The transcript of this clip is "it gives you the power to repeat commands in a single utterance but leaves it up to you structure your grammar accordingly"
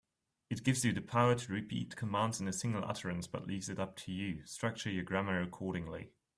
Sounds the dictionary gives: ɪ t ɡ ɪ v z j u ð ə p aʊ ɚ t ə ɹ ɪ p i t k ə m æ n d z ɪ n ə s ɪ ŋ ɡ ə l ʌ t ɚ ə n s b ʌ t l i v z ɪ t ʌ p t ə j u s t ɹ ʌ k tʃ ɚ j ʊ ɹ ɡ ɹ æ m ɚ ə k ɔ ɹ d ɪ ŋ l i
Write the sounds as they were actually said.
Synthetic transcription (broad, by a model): ɪ t ɡ ɪ v z j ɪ ð ə p aʊ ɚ t ə ɹ ɪ p i t k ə m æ n d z ɪ n ə s ɪ ŋ ɡ ə l ʌ t ɚ ə n s b ʌ t l i v z ɪ t ʌ p t ə j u s t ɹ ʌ k tʃ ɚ j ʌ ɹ ɡ ɹ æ m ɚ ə k ɔ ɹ d ɪ ŋ l i